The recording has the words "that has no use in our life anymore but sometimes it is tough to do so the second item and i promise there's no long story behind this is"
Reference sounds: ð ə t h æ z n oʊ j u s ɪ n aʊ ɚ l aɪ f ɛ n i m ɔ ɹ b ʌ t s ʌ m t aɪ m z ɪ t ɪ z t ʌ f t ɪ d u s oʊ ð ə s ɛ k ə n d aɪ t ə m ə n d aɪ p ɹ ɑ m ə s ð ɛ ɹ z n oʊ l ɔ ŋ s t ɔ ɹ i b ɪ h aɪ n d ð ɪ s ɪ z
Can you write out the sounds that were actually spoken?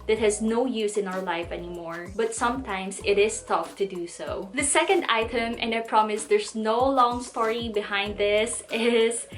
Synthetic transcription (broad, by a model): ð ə t h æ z n oʊ j u s ɪ n aʊ ɚ l aɪ f ɛ n i m ɔ ɹ b ʌ t s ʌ m t aɪ m s ɪ t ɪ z t ʌ f t ɪ d u s oʊ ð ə s ɛ k ə n d aɪ t ə m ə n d aɪ p ɹ ɑ m ə s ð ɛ ɹ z n oʊ l ɔ ŋ s t ɔ ɹ i b ɪ h aɪ n d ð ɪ s ɪ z